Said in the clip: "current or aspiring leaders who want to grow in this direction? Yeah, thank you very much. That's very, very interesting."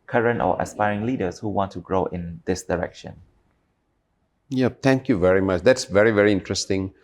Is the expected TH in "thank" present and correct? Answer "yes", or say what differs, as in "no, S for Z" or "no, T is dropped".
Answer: no, T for TH